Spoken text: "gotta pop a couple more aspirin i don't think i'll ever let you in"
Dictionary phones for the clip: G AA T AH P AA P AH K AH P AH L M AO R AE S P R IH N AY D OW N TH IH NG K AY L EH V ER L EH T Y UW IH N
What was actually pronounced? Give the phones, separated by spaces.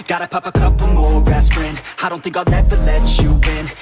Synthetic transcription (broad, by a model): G AA T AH P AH P AH K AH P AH M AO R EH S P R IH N AY D OW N TH IH NG K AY N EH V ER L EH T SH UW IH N